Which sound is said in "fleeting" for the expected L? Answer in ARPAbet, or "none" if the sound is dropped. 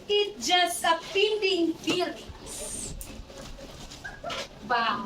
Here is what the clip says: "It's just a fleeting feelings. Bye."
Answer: none